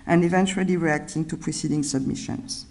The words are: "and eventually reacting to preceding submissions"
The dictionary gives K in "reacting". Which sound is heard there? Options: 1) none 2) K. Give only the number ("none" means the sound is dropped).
2